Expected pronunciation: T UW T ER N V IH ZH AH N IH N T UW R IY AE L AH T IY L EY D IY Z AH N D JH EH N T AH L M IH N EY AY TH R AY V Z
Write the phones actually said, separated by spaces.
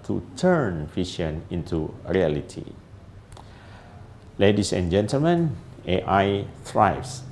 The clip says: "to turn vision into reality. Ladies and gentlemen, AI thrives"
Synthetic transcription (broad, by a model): T UW T ER N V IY SH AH N IH N T UW R IY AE L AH T IY L EY D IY S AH N JH EH N T AH L M IH N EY AY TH R AY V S